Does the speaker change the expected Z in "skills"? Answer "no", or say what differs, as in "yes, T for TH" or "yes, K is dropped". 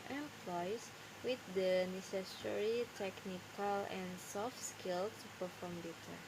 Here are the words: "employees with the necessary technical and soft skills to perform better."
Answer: yes, Z is dropped